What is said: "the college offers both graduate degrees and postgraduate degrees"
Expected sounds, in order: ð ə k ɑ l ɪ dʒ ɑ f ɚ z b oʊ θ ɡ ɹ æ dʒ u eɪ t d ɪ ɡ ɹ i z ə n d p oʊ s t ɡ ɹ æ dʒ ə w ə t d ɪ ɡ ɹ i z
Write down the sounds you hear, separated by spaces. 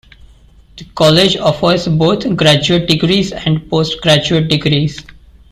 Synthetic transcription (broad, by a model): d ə k ɑ l ɪ dʒ ɑ f ɚ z b oʊ t ɡ ɹ æ dʒ u eɪ t d ɪ ɡ ɹ i z ə n d p oʊ s t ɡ ɹ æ dʒ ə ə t d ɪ ɡ ɹ i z